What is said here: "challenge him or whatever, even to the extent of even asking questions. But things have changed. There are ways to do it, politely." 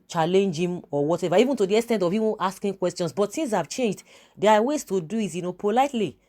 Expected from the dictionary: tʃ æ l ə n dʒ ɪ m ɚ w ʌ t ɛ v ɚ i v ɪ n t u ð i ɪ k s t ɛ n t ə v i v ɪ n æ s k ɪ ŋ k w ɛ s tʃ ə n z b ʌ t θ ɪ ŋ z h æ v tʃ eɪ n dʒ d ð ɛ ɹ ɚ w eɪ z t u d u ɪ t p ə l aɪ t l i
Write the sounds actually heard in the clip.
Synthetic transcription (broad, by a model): tʃ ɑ l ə n dʒ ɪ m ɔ w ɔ t ɛ v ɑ i v ɪ n t u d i ɪ k s t ɛ n t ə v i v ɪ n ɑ s k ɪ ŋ k w ɛ s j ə n s b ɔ t s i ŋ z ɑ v tʃ eɪ n dʒ d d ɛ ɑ w eɪ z t u d u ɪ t p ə l aɪ t l i